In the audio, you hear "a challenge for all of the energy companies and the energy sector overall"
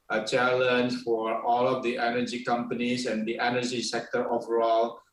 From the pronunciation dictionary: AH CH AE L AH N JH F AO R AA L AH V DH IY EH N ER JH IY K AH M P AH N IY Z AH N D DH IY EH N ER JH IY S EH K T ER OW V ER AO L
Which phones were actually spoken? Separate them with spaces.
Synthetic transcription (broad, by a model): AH CH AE L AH N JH F AO R AA L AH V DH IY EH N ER JH IY K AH M P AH N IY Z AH N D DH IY EH N ER JH IY S EH K T ER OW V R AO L